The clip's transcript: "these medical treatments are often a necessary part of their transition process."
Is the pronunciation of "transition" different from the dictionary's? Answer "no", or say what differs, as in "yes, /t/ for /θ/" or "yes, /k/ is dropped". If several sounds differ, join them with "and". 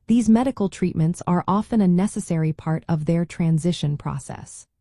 no